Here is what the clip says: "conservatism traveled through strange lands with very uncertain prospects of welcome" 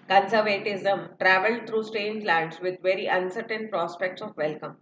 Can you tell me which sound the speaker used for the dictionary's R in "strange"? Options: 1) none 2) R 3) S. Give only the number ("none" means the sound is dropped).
1